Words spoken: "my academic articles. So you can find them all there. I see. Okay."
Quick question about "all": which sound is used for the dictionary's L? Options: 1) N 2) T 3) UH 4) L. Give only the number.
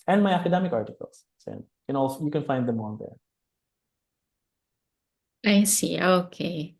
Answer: 1